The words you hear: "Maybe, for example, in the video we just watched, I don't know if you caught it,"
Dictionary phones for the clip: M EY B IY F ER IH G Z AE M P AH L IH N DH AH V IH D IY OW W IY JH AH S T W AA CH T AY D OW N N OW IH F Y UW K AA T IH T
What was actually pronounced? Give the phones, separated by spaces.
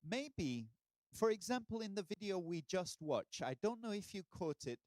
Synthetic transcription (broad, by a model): M EY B IY F ER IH G Z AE M P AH L IH N DH AH V IH D IY OW W IY JH AH S T W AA CH AY D OW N N OW IH F Y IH K AA T IH T